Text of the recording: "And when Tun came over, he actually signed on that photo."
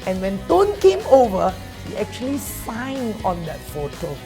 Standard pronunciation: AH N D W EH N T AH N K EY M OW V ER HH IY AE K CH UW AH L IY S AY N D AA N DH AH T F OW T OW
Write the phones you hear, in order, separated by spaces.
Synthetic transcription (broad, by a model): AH N W EH N T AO N K EY M OW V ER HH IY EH K CH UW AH L IY S AY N AA N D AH T F OW T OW